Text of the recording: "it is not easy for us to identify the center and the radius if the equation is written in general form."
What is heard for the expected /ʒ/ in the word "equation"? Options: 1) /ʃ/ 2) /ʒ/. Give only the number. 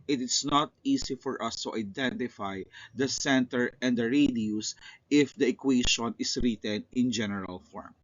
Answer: 1